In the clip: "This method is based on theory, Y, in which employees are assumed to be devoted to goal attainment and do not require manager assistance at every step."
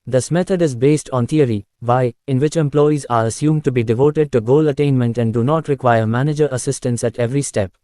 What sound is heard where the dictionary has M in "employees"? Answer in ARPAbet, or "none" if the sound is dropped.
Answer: M